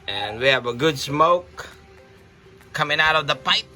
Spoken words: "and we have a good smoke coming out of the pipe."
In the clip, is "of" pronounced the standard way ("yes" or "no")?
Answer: yes